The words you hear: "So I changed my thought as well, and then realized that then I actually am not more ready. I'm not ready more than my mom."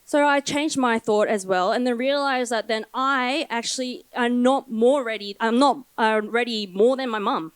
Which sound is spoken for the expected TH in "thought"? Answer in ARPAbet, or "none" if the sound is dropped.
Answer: TH